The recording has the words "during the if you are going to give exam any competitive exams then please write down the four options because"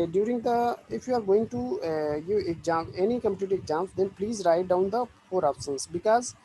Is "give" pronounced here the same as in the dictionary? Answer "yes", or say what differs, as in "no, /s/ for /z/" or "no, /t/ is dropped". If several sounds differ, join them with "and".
no, /v/ is dropped